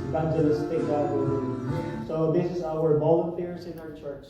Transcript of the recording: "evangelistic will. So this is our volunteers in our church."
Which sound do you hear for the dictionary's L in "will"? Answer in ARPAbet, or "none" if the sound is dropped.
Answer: W